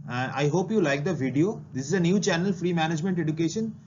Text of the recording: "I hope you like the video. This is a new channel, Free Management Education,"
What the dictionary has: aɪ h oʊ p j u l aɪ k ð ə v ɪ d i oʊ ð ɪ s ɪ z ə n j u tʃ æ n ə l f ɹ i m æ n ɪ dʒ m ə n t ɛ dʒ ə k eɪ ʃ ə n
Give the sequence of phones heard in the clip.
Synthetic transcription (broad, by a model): aɪ h oʊ p j u l aɪ k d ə v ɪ d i oʊ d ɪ s ɪ z ə n j u tʃ æ n ə l f ɹ i m æ n ɪ dʒ m ə n t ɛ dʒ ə k eɪ ʃ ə n